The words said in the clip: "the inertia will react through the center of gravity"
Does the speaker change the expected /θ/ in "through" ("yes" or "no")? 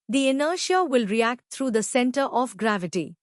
yes